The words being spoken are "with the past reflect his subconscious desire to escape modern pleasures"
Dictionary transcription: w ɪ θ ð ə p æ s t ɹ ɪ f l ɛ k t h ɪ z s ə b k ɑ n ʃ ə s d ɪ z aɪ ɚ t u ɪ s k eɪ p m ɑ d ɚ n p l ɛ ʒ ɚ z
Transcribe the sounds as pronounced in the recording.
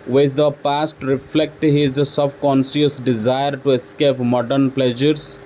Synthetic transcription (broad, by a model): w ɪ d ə p æ s t ɹ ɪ f l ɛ k t h ɪ z s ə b k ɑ n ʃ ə s d ɪ z aɪ ɚ t u ɪ s k eɪ p m ɑ d ɚ n p l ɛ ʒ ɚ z